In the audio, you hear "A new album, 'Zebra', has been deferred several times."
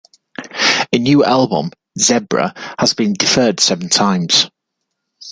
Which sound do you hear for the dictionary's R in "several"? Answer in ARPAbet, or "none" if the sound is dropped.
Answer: none